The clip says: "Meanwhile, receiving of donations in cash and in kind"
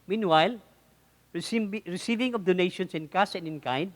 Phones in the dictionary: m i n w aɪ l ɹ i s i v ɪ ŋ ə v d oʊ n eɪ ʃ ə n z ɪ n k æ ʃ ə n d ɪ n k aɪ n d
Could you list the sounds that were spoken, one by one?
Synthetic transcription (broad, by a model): m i n w aɪ l ɹ i s i v ɪ ŋ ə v d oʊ n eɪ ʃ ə n s ɪ n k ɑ s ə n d ɪ n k aɪ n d